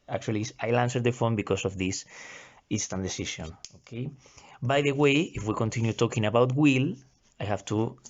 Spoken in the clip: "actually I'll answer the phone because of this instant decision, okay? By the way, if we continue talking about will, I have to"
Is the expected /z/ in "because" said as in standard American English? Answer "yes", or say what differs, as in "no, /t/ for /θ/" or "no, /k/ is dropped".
no, /s/ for /z/